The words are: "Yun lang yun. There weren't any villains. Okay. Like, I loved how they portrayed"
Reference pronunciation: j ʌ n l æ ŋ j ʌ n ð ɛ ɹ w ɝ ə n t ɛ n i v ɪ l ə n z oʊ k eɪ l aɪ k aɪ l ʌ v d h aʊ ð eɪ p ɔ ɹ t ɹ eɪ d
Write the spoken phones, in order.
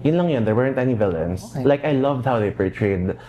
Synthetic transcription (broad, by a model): j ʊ n l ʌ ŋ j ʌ n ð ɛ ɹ w ɝ ə n t ɛ n i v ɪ l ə n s l aɪ k aɪ l ʌ v d h aʊ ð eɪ p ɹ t ɹ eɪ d